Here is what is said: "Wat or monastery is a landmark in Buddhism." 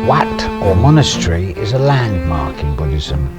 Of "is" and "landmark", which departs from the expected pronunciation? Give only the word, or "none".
none